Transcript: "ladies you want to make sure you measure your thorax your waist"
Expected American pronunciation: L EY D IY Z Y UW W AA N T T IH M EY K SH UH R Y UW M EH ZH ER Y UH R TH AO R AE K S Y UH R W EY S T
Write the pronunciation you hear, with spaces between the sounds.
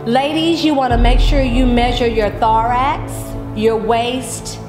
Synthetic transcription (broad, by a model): L EY D IY Z Y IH W AA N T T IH M EY K SH UH R Y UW M EH ZH ER Y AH R TH AO R AE K S Y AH R W EY S T